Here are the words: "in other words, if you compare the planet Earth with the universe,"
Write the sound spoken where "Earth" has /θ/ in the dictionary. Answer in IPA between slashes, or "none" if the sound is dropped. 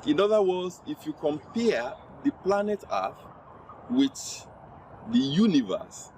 /f/